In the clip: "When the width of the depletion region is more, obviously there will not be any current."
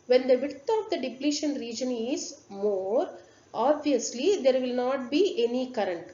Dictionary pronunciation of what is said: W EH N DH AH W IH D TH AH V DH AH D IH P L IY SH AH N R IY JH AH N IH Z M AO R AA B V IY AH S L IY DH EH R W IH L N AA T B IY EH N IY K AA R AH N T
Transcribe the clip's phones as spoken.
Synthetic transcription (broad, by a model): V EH N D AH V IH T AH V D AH D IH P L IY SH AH N R IY JH AH N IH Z M AO R AA B V IY AH S L IY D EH R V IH L N AA T B IY EH N IY K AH R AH N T